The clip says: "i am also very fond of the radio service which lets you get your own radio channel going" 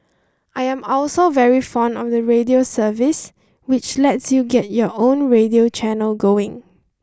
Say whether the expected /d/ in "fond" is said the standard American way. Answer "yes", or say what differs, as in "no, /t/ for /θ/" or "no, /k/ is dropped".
yes